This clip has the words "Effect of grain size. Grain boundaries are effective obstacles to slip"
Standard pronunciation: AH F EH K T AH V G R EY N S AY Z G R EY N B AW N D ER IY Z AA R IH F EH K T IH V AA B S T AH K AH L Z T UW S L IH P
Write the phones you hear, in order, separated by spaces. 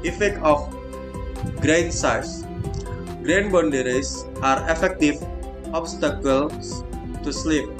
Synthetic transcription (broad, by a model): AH F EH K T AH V G R EY N S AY S G R EY N B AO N D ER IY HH AA R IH F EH K T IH F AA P S T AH K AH L S T UW S L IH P